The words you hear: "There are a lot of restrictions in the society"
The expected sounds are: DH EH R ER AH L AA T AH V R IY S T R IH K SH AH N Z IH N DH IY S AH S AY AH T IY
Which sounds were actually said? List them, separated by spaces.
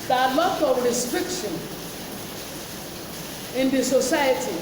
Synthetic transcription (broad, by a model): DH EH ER AH L AA T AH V R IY S T R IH K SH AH N IH N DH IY S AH S AY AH T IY